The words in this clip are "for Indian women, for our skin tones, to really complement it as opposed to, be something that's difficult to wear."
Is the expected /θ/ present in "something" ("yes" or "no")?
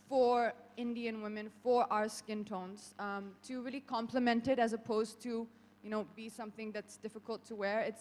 yes